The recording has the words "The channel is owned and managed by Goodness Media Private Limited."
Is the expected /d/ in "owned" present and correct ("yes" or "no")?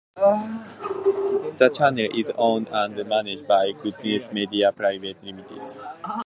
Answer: no